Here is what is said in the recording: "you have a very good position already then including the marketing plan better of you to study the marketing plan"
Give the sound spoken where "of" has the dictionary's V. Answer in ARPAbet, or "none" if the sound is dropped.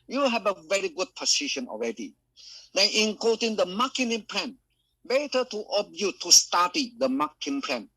B